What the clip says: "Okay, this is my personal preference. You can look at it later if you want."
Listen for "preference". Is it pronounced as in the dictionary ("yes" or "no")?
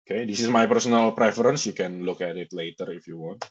yes